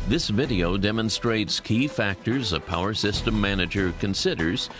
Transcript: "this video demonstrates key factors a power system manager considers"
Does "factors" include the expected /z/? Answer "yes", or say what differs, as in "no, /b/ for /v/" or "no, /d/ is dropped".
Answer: yes